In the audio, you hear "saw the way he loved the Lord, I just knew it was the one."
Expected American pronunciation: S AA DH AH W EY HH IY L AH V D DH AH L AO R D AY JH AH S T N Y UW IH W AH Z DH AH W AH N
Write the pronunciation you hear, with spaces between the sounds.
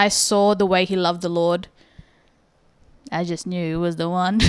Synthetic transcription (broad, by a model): S AA DH AH W EY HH IY L AH V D DH AH L AO R D AY JH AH S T N Y UW W AH Z DH AH W AH N